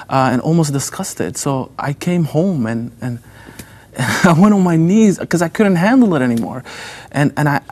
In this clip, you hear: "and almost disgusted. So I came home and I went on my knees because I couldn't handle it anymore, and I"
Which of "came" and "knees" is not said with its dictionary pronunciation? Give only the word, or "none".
none